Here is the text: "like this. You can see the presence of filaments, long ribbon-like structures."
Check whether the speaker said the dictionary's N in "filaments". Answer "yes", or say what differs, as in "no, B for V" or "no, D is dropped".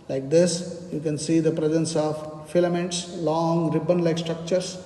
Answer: yes